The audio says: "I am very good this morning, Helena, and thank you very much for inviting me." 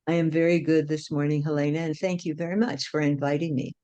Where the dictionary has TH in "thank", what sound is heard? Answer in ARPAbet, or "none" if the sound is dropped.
TH